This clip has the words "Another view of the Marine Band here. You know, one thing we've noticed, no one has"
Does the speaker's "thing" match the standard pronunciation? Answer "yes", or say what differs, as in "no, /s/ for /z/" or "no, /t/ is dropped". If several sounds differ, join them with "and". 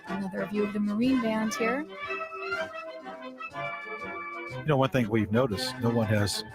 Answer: yes